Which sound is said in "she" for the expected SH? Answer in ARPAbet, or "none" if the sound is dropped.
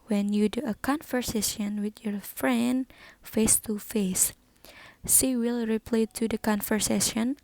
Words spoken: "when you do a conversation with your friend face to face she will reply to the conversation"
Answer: S